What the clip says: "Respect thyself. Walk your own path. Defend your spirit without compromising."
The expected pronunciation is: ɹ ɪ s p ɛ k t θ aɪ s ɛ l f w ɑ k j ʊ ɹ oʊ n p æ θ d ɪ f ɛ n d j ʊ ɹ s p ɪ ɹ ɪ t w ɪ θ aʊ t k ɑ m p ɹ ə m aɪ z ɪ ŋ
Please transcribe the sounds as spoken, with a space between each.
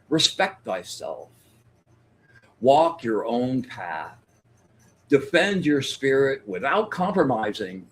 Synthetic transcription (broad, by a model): ɹ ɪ s p ɛ k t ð aɪ s ɛ l f w ɑ k j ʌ ɹ oʊ n p æ θ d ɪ f ɛ n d j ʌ ɹ s p ɪ ɹ ɪ t w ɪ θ aʊ t k ɑ m p ɹ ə m aɪ z ɪ ŋ